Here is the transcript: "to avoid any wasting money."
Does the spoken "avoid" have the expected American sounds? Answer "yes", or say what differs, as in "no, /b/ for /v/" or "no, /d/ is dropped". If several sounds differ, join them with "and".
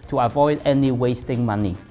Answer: yes